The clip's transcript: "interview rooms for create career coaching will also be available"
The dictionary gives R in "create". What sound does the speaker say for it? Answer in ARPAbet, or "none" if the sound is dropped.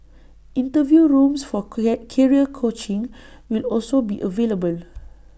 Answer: none